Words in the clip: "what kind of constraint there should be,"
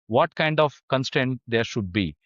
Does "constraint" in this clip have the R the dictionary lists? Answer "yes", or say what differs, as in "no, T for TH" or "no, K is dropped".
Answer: no, R is dropped